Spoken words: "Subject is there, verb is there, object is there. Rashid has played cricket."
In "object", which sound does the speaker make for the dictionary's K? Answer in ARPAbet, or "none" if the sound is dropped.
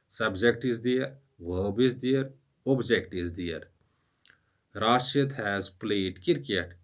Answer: K